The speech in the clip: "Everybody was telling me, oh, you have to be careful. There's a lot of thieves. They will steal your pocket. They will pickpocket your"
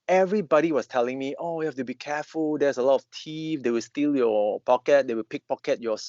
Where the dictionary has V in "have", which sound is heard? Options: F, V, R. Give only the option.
F